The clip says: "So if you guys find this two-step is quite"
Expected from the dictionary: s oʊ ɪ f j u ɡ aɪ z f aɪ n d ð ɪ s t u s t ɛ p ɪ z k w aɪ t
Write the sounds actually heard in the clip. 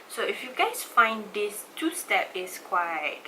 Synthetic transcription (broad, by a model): s oʊ ɪ f j u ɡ aɪ s f aɪ n d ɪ s t u s t ɛ p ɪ s k w aɪ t